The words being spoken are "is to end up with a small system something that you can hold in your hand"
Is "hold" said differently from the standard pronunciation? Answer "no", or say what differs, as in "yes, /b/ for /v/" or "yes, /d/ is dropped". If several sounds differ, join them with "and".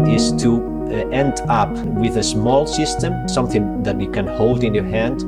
no